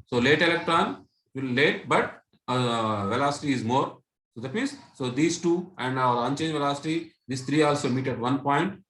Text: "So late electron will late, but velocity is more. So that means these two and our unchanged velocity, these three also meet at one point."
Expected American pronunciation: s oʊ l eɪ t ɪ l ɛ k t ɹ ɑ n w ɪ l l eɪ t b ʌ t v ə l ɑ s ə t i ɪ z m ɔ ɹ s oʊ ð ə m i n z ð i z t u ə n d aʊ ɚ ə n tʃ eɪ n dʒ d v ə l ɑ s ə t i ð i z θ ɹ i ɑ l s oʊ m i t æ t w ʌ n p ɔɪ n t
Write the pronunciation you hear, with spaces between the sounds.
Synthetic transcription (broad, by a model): s oʊ l eɪ t ɪ l ɛ k t ɹ ɑ n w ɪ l l eɪ t b ʌ t v ə l ɑ s ə t i ɪ z m ɔ ɹ s oʊ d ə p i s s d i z t u ə n d aʊ ɚ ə n tʃ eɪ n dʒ v ə l ɑ s ə t i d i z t ɹ i ɑ l s oʊ m i t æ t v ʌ n p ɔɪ n t